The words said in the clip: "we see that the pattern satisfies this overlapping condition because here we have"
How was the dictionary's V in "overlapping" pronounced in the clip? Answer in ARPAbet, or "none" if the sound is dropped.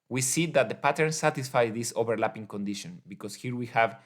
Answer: B